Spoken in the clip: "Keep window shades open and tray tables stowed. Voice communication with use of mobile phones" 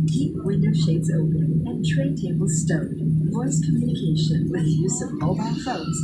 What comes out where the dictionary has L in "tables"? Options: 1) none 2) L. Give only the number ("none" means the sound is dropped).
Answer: 2